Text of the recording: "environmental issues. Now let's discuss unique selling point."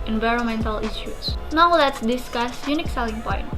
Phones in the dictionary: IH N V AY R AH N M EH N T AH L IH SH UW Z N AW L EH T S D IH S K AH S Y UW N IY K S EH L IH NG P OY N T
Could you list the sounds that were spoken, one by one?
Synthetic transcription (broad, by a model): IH N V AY R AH N M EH N T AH L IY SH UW S N AW L EH T S D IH S K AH S Y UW N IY K S EH L IH NG P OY N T